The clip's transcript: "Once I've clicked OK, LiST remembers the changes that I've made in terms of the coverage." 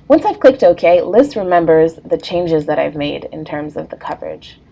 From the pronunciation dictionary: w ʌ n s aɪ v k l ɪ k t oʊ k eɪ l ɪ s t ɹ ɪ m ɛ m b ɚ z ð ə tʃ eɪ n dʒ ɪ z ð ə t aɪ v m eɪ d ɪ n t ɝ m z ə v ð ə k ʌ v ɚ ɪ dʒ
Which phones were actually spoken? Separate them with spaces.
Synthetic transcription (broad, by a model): w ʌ n s aɪ v k l ɪ k t oʊ k eɪ l ɪ s t ɹ ɪ m ɛ m b ɚ z ð ə tʃ eɪ n dʒ ɪ z ð ə t aɪ v m eɪ d ɪ n t ɝ m z ə v ð ə k ʌ v ɚ ɪ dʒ